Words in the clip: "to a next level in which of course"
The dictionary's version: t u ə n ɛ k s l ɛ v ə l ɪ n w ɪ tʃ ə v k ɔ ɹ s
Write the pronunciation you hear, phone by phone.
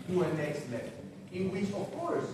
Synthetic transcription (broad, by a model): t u ə n ɛ k s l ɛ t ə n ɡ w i s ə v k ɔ ɹ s